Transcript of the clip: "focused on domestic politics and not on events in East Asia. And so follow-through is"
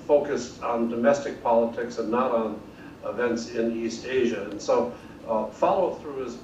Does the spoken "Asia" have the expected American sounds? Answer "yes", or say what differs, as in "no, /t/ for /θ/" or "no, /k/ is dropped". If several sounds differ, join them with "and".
yes